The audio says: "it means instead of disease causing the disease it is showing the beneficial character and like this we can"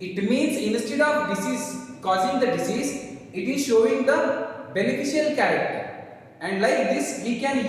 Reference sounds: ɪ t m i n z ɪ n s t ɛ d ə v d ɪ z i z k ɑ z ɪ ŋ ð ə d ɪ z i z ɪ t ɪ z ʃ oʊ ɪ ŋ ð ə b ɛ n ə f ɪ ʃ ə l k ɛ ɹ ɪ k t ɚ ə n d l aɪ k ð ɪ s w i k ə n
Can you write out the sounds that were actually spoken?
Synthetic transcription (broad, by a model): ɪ t m i n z ɪ n s t ɛ d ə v d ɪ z i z k ɑ z ɪ ŋ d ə d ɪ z i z ɪ t ɪ z ʃ oʊ ɪ ŋ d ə b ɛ n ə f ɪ ʃ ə l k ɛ ɹ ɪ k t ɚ ə n d l aɪ k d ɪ s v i k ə n